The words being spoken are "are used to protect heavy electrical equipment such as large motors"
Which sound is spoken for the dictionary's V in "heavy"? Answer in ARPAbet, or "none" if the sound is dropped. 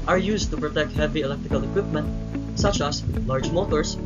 V